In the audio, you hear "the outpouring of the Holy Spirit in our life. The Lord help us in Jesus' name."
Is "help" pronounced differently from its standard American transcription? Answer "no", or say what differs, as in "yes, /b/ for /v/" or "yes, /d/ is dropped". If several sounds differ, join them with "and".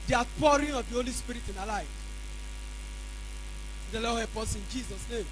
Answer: yes, /l/ is dropped